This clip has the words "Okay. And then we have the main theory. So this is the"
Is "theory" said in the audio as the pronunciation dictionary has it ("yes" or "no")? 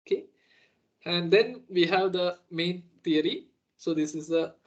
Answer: no